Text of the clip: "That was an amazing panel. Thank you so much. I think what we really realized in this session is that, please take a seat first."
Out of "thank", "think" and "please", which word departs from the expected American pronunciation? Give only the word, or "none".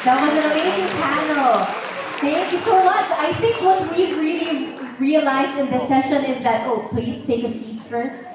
none